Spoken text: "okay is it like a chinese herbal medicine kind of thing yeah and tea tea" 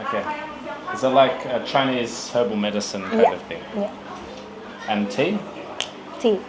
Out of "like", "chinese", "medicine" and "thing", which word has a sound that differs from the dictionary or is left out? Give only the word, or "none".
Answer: none